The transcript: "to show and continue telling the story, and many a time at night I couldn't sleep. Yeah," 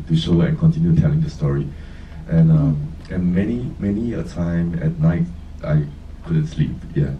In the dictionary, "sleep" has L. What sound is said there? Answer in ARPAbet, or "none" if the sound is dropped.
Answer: L